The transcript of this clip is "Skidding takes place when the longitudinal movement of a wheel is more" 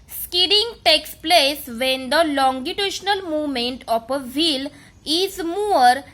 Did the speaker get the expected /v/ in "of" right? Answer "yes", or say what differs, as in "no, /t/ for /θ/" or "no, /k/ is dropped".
no, /p/ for /v/